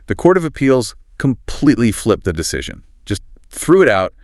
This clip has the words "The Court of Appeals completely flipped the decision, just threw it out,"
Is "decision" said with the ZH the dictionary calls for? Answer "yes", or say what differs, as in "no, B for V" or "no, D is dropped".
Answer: yes